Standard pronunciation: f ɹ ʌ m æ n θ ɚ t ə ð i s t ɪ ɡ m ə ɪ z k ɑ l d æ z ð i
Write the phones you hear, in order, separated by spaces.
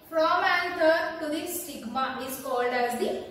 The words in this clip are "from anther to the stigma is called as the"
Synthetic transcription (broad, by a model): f ɹ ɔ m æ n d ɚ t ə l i s t ɪ ɡ m ə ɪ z k ɑ l d æ z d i